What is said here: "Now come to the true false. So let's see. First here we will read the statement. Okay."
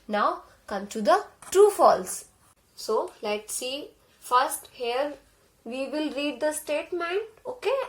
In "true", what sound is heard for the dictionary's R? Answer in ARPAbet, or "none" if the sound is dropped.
none